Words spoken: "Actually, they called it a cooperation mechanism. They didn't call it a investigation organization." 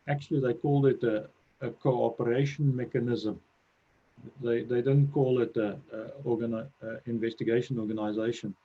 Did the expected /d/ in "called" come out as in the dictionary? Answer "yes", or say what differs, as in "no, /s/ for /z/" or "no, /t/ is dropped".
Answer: yes